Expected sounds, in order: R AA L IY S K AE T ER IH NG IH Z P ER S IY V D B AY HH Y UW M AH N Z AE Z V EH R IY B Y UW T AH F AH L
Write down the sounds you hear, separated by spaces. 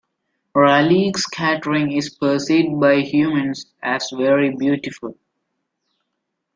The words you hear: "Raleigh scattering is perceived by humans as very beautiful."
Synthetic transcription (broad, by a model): R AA L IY S K AE T ER IH NG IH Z P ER S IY D B AY HH Y UW M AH N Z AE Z V EH R IY B Y UW T AH F AH L